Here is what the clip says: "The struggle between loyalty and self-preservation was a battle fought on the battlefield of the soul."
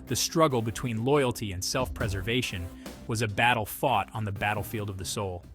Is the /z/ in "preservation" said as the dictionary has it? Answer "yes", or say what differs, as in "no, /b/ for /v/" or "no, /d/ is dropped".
yes